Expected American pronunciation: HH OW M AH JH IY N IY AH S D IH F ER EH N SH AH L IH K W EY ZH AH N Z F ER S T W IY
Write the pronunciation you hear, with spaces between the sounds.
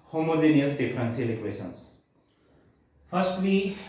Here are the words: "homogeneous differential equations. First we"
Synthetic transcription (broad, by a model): HH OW M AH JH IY N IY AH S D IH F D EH N S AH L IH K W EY SH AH N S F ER S T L IY